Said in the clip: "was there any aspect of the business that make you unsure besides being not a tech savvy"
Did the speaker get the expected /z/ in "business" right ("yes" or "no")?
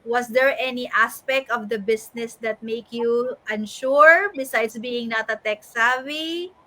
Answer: no